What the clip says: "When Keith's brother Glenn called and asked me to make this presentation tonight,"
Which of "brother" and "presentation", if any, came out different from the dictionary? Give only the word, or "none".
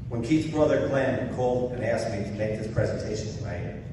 none